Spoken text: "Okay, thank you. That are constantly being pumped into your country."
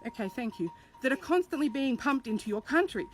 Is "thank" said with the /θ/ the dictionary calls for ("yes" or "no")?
yes